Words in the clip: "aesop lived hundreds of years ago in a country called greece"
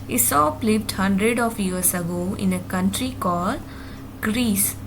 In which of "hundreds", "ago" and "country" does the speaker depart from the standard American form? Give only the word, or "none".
hundreds